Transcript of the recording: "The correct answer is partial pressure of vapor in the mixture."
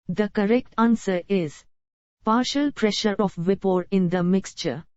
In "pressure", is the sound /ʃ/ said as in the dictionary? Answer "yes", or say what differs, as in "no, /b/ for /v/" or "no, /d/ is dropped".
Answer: yes